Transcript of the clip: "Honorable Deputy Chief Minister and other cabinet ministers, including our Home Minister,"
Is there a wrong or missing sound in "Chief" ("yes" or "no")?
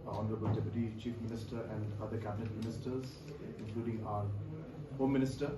no